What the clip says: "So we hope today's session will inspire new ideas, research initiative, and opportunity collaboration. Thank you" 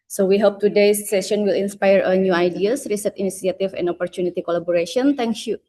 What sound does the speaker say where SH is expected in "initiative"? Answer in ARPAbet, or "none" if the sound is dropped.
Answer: S